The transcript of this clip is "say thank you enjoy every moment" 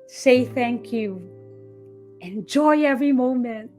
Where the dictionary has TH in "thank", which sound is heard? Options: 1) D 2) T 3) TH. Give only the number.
3